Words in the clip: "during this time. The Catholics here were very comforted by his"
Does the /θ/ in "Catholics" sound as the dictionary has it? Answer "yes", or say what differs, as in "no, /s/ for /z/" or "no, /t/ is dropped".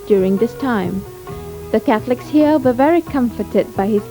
yes